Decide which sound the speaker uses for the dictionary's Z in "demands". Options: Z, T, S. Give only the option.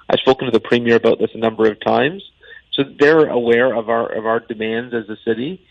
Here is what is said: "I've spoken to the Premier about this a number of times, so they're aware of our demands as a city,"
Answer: Z